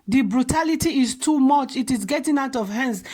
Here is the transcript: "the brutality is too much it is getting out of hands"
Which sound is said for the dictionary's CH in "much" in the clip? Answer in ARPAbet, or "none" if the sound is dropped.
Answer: CH